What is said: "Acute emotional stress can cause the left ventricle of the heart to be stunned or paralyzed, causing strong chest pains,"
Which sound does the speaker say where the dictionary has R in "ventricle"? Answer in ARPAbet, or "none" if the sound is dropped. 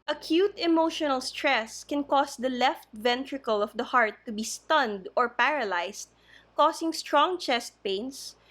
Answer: R